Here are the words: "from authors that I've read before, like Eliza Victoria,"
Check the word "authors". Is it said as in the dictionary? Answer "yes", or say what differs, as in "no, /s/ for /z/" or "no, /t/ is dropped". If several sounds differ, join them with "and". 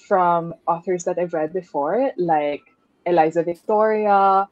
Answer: yes